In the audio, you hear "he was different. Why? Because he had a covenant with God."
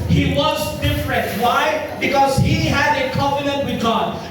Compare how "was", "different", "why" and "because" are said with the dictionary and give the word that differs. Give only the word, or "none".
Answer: none